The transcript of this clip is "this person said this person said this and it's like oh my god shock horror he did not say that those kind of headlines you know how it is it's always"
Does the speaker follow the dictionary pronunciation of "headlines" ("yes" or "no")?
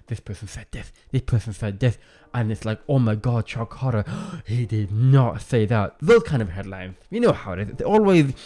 yes